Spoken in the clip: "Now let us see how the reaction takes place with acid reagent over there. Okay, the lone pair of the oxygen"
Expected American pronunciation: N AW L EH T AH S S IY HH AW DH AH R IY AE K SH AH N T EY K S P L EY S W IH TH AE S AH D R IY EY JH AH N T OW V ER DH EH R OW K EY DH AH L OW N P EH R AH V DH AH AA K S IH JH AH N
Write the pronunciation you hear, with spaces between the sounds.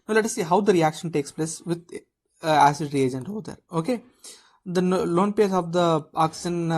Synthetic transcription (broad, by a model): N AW L EH T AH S S IY HH AW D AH R IY AE K SH AH N T EY K S P L EY S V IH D AE S AH D R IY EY JH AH N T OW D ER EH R OW K EY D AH L OW N P EH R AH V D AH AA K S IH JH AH N